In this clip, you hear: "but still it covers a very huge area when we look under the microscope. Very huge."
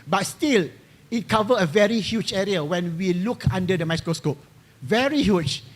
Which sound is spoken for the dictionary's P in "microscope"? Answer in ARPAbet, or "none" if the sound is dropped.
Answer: P